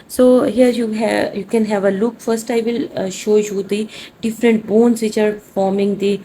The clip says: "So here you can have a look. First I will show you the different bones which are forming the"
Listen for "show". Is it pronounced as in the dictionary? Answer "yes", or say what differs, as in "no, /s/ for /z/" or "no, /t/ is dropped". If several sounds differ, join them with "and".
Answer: yes